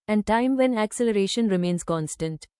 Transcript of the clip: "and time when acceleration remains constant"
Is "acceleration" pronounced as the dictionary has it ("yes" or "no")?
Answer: yes